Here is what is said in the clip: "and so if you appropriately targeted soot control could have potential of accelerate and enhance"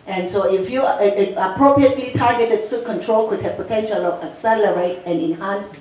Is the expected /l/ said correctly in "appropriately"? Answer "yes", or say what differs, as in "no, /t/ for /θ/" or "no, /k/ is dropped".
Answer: yes